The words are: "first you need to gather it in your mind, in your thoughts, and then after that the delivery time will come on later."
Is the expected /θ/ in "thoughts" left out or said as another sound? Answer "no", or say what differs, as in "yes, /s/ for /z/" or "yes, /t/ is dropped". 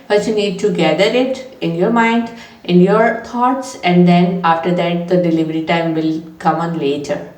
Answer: yes, /t/ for /θ/